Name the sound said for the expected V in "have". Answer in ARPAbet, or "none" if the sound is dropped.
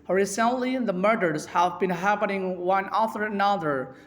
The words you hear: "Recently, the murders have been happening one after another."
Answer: V